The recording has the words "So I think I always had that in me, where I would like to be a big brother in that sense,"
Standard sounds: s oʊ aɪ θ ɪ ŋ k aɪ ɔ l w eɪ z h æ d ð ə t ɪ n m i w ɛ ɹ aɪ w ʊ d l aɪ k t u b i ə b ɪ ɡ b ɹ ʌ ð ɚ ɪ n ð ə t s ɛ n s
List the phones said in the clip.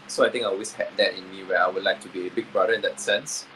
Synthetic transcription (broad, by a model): s oʊ aɪ t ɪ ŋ aɪ ɔ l w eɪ s h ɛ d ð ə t ɪ n m i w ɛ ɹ aɪ w ʊ d l aɪ k t u b i ə b ɪ ɡ b ɹ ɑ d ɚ ɪ n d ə t s ɛ n s